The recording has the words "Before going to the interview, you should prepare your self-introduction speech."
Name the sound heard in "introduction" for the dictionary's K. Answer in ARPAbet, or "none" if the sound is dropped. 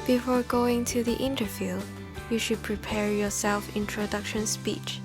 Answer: K